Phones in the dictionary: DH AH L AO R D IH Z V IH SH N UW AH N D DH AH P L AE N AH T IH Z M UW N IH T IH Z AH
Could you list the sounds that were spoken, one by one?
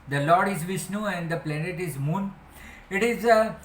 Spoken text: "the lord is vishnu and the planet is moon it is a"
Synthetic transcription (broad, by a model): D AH L AO R D IH Z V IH S N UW AH N D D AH P L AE N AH T IH Z M UW N IH T IH Z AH